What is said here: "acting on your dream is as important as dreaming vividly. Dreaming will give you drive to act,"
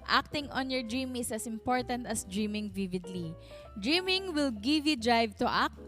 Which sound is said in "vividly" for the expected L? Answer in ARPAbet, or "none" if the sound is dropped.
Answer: L